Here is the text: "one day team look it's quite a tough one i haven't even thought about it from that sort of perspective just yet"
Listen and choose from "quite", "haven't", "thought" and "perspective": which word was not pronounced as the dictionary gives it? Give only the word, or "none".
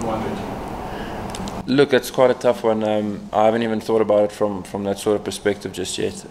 none